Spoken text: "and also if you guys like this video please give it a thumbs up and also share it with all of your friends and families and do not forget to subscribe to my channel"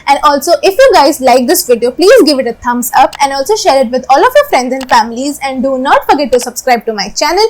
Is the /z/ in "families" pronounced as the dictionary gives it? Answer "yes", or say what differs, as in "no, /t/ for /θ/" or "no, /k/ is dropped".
yes